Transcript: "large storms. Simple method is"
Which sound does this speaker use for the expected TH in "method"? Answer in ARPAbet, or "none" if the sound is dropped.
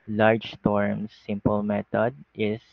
T